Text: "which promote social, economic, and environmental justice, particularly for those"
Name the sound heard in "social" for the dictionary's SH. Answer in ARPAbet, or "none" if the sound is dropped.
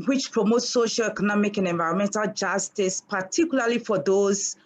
SH